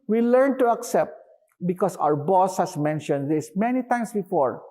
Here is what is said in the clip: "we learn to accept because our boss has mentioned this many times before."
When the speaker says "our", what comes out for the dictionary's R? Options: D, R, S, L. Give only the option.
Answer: R